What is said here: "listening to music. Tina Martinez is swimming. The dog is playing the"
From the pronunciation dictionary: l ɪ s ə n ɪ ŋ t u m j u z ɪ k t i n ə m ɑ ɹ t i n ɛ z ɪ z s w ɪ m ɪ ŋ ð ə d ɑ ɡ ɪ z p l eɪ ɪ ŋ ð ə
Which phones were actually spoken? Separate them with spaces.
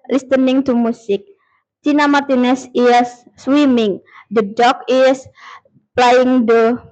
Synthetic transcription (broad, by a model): l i s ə n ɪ ŋ t u m u s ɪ k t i n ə m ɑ ɹ t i n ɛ s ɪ s w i m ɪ ŋ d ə d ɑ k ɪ s p l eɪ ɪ ŋ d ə